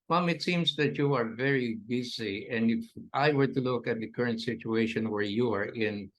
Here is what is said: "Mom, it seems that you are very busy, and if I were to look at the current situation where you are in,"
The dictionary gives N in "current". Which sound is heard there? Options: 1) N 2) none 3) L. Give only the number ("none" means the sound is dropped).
1